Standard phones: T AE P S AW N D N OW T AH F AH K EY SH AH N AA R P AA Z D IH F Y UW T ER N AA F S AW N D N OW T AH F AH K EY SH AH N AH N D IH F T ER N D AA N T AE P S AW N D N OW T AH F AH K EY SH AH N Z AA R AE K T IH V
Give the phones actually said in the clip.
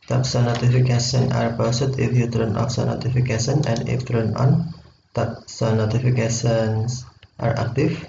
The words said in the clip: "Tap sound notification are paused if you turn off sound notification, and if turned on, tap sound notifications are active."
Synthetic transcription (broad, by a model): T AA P S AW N N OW T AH F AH K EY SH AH N AA R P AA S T IH F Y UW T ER N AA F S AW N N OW T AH F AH K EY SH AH N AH N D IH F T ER N AA N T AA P S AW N N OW T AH F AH K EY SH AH N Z AA R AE K T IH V